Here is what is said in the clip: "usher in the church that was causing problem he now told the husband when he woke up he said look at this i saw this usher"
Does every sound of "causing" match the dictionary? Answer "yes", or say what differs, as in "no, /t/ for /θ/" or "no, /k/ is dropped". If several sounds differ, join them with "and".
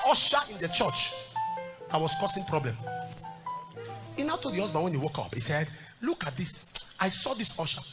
no, /s/ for /z/